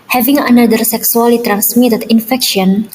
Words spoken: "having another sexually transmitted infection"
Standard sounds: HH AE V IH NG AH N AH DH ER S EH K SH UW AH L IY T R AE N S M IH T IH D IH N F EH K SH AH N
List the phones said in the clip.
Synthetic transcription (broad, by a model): HH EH V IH NG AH N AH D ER S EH K S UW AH L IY T R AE N S M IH T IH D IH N F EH K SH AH N